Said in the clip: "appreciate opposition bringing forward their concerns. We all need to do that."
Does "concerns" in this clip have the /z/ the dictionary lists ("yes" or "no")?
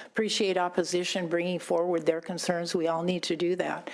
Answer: yes